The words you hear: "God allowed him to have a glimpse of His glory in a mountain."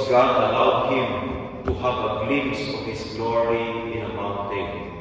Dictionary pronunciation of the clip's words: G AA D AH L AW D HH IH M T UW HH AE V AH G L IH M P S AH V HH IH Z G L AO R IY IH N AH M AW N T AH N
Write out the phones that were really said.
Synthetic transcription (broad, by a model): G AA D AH L AW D HH IH M T UW HH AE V AH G L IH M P S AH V HH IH S G L AO R IY IH N AH M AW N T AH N